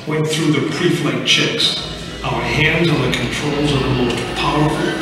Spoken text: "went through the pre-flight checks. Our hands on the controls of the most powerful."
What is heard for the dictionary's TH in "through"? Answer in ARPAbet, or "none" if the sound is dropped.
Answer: TH